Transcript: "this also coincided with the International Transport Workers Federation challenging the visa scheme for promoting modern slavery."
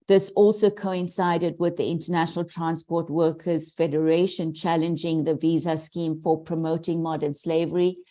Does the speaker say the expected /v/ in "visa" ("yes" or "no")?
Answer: yes